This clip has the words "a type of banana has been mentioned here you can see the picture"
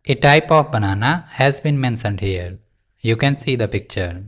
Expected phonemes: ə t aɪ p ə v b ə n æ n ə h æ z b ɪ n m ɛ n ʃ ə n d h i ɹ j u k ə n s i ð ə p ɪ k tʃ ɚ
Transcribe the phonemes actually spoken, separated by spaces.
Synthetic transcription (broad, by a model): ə t aɪ p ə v b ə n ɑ n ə h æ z b ɪ n m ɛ n s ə n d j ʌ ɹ j u k ə n s i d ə p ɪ k tʃ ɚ